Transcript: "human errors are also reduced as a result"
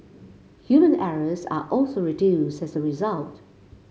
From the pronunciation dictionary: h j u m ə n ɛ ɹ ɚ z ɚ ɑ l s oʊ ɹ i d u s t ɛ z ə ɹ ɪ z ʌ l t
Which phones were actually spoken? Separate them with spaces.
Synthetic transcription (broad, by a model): h j u m ə n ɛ ɹ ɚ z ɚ ɑ l s oʊ ɹ i d u s t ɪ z ə ɹ ɪ z ʌ l t